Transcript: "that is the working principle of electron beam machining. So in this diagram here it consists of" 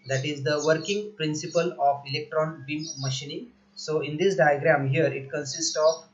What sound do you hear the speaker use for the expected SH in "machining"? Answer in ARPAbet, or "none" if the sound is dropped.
SH